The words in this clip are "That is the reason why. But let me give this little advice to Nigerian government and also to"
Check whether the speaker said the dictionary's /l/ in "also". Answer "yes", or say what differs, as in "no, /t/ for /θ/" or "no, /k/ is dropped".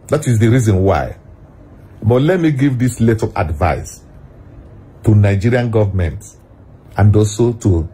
no, /l/ is dropped